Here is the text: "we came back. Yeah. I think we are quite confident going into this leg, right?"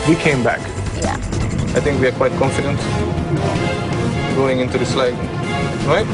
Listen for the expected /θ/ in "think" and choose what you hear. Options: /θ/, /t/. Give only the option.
/t/